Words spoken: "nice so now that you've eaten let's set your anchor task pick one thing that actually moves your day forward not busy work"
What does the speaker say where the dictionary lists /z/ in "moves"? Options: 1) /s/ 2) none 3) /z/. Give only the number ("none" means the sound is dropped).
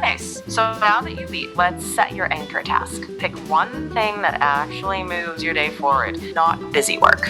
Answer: 3